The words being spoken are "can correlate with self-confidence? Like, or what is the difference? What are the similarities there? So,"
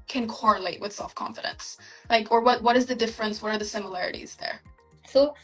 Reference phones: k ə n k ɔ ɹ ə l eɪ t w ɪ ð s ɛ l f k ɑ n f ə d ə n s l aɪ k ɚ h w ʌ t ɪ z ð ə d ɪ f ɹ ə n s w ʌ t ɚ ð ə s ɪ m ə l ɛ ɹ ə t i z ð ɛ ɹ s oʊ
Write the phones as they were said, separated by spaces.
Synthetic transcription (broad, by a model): k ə n k ɔ ɹ ə l eɪ t w ɪ ð s ɛ l f k ɑ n f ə d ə n s l aɪ k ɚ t w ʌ t ɪ z ð ə d ɪ f ɹ ə n s w ʌ t ɚ ð ə s ɪ m ə l ɛ ɹ ə t i z ð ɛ ɹ s oʊ